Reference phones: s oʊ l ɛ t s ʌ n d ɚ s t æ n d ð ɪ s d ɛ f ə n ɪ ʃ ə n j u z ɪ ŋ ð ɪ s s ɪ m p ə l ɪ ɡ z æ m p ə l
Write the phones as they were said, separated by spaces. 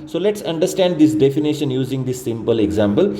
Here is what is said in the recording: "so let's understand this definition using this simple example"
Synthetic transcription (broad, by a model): s oʊ l ɛ t s ʌ n d ɚ s t æ n d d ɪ s d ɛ f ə n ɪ ʃ ə n j u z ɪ ŋ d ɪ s s ɪ m p ə l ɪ ɡ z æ m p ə l